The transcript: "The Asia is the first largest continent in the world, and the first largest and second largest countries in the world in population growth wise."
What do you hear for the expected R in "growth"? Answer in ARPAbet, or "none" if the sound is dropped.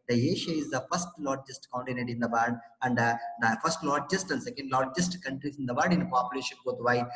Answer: none